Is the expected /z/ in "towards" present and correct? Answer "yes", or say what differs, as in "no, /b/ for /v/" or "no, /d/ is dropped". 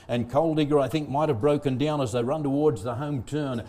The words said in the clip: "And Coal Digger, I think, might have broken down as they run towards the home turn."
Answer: yes